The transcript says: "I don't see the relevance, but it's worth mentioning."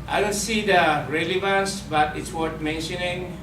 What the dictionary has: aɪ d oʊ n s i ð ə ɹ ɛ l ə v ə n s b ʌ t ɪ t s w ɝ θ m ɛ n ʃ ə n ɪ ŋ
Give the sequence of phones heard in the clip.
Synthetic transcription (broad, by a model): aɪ d oʊ n s i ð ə ɹ ɛ l ə v ə n s b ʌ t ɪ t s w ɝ t m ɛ n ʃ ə n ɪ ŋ